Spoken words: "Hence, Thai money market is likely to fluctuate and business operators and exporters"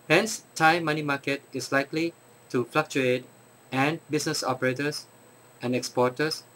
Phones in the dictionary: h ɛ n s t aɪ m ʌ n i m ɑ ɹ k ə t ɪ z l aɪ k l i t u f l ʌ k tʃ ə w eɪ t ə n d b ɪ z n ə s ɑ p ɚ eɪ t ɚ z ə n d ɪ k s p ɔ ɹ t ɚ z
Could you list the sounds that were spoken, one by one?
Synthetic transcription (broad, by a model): h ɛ n s t aɪ m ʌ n i m ɑ k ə t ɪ s l aɪ k l i t u f l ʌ k tʃ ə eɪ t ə n b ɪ s n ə s ɑ p ɚ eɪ t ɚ s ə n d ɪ k s p ɔ t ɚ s